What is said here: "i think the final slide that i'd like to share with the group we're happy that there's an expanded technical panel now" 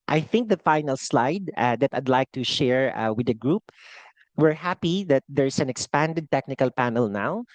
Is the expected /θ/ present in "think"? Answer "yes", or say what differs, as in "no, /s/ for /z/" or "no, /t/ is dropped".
yes